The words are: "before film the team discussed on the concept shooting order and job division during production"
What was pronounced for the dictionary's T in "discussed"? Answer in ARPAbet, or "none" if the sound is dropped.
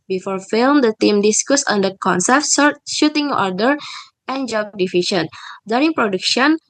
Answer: none